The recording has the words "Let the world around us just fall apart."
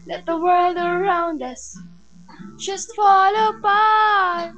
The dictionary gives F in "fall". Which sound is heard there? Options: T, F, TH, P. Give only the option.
F